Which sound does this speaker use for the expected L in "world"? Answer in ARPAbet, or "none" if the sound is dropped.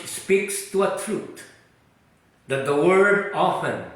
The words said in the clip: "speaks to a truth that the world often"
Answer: none